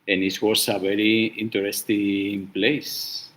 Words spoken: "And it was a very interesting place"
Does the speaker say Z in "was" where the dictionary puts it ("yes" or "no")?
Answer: no